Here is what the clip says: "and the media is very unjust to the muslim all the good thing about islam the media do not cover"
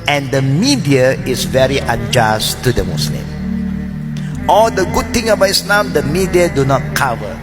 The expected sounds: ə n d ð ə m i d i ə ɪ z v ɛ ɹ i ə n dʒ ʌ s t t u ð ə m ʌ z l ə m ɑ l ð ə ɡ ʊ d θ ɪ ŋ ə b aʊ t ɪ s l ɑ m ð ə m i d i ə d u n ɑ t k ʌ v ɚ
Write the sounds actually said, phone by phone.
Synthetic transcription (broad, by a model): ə n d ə m i d i ə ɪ s v ɛ ɹ i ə n dʒ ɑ s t t u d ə m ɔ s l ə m ɑ l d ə ɡ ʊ d t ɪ ŋ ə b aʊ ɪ s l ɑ m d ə m i d i ə d u n ɑ t k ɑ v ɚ